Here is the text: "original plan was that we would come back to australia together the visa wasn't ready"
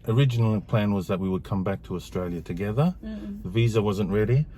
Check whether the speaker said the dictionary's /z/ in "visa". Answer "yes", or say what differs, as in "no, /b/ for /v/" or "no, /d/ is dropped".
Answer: yes